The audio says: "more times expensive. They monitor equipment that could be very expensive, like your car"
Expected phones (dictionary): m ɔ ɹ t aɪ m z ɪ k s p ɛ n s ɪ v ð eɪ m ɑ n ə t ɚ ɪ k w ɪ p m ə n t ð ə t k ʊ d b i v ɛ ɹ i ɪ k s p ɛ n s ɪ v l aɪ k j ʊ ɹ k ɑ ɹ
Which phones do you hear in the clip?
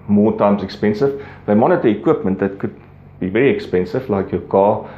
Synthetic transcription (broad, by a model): m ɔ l t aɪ m s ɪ k s p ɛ n s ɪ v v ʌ m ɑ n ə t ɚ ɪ k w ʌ p m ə n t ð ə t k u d b i v ɛ ɹ i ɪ k s p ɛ n s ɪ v l aɪ k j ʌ k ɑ